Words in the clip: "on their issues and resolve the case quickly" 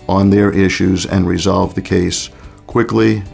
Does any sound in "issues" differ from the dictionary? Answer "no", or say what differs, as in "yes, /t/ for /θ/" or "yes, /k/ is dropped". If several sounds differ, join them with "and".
no